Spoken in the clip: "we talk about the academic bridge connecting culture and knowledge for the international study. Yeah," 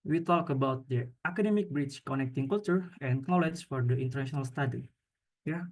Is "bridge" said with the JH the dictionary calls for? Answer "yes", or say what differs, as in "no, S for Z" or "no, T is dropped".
no, CH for JH